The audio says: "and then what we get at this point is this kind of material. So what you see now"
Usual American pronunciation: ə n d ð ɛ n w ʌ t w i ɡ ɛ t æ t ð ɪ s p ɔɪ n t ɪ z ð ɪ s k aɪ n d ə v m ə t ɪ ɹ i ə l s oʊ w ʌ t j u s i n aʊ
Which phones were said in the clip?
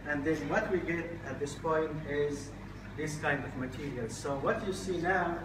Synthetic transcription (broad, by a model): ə n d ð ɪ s w ʌ t w i ɡ ɛ t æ t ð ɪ s p ɔɪ n t ɪ z ð ɪ s k aɪ n d ə v m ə t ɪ ɹ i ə l s oʊ w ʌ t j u s i n aʊ